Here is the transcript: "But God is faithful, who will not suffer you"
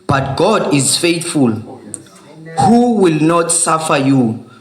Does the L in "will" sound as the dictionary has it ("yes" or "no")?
yes